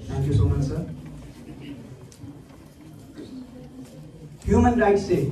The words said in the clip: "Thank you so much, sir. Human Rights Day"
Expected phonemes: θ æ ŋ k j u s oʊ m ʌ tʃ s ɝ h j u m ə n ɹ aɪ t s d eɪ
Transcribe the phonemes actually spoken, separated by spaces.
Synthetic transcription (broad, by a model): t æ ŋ k j u s oʊ m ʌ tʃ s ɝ h j u m ə n ɹ aɪ t s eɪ